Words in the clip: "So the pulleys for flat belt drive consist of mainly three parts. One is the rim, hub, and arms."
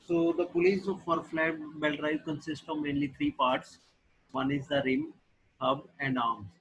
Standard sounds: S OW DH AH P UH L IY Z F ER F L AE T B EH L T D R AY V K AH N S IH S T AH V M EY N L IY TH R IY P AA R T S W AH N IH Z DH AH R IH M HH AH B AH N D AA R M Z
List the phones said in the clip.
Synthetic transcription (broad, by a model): S OW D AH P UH L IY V F ER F L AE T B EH L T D R AY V K AH N S IH S T AH V M EY N L IY T R IY P AA R T S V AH N IH Z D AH R IH M HH AH B AH N D AA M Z